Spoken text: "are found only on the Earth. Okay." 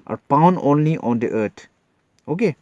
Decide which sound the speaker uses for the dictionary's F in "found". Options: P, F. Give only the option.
P